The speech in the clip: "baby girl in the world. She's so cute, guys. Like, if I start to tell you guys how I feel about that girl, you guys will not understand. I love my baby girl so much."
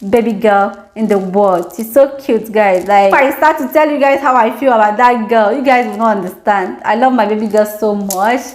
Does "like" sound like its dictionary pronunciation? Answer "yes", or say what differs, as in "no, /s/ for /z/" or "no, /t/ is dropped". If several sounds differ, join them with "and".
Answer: no, /k/ is dropped